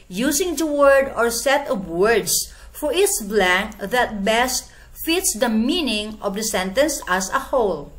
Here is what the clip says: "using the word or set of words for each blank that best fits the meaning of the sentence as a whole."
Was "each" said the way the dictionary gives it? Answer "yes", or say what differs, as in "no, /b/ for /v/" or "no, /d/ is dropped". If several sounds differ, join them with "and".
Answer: no, /s/ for /tʃ/